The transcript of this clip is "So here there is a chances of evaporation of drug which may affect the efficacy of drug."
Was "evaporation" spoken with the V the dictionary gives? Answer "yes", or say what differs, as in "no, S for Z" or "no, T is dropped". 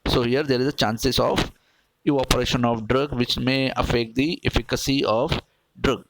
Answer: no, V is dropped